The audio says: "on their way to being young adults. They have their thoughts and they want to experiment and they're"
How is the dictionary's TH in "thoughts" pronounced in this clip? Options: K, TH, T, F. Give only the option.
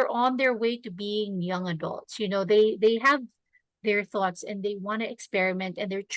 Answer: TH